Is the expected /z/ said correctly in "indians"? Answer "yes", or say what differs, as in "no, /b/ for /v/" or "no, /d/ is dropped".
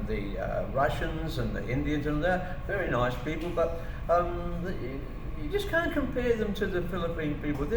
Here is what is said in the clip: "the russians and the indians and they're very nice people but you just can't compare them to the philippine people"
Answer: yes